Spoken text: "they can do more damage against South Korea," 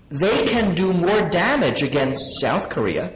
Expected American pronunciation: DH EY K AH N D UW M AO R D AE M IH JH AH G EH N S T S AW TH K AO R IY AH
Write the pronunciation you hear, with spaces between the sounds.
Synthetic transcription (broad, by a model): DH EY K AH N D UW M AO R D AE M IH JH AH G EH N S T S AW TH K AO R IY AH